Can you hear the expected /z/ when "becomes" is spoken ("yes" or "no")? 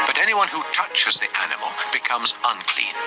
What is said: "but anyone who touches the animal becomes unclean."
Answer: yes